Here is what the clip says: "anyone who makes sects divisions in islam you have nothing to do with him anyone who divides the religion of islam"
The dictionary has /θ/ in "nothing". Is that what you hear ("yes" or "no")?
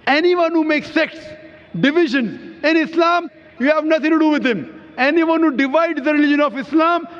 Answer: no